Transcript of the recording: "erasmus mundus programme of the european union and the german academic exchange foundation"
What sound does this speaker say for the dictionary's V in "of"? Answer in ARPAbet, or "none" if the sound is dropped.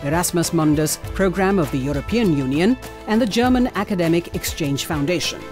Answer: V